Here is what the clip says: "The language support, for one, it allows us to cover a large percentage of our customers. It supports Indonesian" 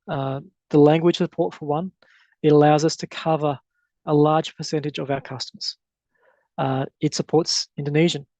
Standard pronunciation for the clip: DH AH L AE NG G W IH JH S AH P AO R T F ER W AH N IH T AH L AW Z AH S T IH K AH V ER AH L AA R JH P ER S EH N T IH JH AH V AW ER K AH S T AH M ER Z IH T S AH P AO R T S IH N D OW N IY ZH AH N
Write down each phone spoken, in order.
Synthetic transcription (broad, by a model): DH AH L AE NG G W IH JH S AH P AO R T F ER W AH N IH T AH L AW Z AH S T IH K AH V ER AH L AA R JH P ER S EH N T IH JH AH V AW ER K AH S T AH M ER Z IH T S AH P AO R T S IH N D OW N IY ZH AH N